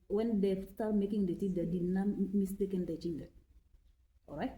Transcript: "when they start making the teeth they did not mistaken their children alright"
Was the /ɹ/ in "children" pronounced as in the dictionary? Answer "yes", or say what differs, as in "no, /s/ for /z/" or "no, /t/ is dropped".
no, /ɹ/ is dropped